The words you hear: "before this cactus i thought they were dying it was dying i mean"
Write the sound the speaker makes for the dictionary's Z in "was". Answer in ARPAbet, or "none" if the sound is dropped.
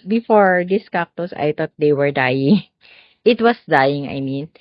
S